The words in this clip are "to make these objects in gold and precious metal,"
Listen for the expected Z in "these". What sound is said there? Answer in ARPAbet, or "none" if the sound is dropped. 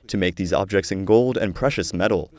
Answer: Z